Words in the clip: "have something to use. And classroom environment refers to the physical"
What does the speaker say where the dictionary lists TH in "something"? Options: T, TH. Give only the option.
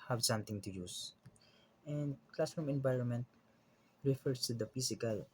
T